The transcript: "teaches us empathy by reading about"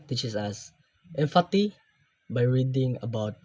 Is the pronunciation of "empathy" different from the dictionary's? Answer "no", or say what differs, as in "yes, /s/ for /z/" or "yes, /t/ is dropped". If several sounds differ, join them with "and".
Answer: yes, /f/ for /p/ and /t/ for /θ/